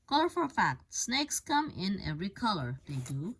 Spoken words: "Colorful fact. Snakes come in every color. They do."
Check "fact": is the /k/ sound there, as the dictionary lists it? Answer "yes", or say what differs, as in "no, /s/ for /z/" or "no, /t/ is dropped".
yes